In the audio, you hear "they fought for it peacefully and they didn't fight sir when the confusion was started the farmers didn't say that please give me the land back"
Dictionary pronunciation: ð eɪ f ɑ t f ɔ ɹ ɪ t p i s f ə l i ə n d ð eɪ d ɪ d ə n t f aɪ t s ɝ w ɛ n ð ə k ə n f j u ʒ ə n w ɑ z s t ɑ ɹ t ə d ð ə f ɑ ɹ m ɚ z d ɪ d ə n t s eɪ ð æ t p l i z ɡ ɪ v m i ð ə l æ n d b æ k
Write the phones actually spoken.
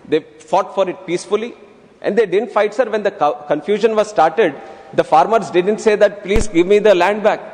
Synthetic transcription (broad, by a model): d eɪ f ɑ t f ɔ ɹ ɪ t p i s f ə l i ə n d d eɪ d ɪ d ə n t f aɪ t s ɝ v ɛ n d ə k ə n f j u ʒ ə n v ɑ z s t ɑ ɹ t ə d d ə f ɑ ɹ m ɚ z d ɪ d ə n t s eɪ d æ t p l i z ɡ ɪ v m i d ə l æ n d b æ k